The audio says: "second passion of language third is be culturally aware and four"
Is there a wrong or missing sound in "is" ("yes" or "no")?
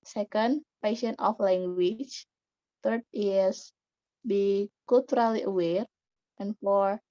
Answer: yes